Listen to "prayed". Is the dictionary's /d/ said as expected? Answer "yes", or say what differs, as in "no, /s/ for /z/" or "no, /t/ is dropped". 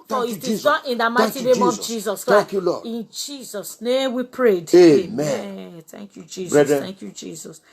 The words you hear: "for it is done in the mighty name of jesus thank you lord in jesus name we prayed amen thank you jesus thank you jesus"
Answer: yes